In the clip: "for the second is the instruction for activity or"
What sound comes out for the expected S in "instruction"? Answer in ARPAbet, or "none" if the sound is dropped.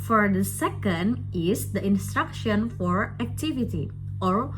S